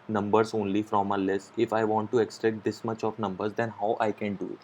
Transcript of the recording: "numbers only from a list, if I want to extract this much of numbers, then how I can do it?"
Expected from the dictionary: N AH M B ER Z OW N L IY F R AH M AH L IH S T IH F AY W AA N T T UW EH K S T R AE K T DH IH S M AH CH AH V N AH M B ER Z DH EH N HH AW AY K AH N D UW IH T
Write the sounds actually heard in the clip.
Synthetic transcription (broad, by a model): N AH M B ER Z OW N L IY F R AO M AH L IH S IH F AY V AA N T T UW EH K S T R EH K T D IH S M AH CH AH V N AH M B ER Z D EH N HH AW AY K AH N D UW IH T